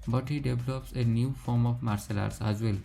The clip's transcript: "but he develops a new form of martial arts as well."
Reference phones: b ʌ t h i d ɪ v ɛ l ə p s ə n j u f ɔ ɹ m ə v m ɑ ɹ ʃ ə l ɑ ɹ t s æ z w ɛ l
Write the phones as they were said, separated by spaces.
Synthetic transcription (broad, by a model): b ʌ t h i d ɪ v l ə p s ə n j u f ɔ ɹ m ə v m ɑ ɹ s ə l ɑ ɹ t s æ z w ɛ l